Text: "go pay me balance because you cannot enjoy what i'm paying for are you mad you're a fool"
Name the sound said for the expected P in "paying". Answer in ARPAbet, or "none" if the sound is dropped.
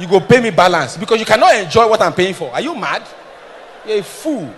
P